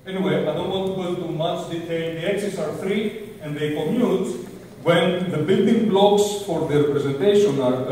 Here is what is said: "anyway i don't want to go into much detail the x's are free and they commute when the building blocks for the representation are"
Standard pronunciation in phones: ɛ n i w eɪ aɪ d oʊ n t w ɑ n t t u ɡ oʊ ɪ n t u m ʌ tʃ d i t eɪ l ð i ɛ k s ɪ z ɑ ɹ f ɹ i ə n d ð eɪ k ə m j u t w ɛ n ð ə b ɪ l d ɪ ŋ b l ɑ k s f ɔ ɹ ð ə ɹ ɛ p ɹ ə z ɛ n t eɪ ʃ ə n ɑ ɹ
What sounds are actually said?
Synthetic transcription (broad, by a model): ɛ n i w eɪ aɪ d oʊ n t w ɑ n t t u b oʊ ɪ l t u m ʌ s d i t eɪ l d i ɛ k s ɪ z ɑ ɹ f ɹ i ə n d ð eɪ k ə m j u t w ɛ n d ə b ɪ l d ɪ ŋ b l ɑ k s f ɔ ɹ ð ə ɹ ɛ p ɹ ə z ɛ n t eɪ ʃ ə n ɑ ɹ